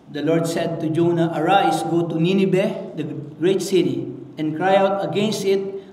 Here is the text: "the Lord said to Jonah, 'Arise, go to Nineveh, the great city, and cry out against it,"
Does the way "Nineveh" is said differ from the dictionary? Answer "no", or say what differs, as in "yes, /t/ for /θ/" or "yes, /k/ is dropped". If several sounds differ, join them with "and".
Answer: yes, /b/ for /v/